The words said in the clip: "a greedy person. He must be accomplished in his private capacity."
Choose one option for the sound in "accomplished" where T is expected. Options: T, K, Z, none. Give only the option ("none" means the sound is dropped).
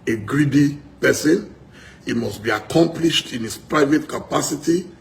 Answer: T